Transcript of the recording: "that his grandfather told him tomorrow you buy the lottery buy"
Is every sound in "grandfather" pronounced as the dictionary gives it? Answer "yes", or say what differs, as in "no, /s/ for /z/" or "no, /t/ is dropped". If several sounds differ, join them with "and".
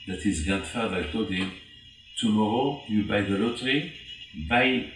no, /ɹ/ is dropped